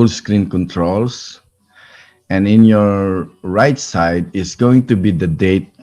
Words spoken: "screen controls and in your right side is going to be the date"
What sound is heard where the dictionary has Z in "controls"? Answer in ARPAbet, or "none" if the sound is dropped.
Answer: S